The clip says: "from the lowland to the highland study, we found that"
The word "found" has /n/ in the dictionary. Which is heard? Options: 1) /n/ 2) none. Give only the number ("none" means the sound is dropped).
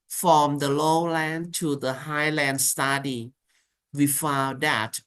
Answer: 2